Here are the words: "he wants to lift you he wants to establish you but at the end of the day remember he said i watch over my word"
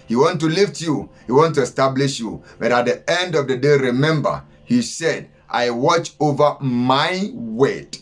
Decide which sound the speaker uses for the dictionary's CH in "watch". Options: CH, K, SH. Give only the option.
CH